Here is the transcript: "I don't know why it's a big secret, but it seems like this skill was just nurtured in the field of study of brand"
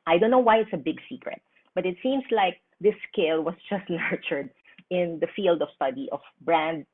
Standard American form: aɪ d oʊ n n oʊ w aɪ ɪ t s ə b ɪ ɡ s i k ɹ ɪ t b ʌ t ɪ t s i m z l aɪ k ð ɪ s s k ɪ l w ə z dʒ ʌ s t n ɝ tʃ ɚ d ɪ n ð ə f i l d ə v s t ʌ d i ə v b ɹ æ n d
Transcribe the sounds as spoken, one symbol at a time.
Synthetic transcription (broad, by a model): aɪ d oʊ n n oʊ w aɪ ɪ t s ə b ɪ ɡ s i k ɹ ɪ t b ʌ t ɪ t s i m s l aɪ k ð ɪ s s k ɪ l w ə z dʒ ʌ s t n ɝ tʃ ɚ d ɪ n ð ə f i l d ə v s t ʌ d i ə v b ɹ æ n d